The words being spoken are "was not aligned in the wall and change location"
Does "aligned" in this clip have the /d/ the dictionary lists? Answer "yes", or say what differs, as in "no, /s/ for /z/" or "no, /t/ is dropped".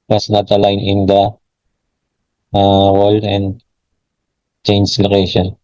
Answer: no, /d/ is dropped